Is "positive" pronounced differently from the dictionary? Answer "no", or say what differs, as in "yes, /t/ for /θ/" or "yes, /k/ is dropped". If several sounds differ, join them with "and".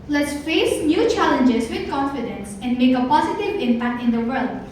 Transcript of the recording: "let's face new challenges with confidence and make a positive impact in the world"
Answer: no